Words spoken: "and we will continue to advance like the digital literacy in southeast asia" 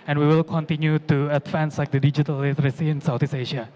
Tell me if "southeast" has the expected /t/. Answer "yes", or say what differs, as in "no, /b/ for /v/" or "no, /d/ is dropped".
no, /t/ is dropped